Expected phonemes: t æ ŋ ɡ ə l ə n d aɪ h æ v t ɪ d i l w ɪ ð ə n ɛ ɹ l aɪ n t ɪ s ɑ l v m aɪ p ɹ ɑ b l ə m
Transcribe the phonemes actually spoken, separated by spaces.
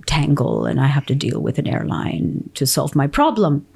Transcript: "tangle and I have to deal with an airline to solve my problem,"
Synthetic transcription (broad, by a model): t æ ŋ ɡ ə l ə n aɪ h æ f t ɪ d i l w ɪ ð ə n ɛ ɹ l aɪ n t ɪ s ɑ l v m aɪ p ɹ ɑ b l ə m